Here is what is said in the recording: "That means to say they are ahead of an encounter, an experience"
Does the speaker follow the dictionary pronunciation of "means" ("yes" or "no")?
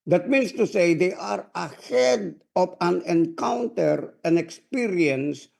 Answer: no